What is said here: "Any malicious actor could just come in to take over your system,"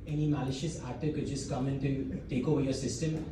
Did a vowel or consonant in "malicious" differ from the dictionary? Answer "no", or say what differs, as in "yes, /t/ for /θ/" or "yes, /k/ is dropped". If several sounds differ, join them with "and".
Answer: no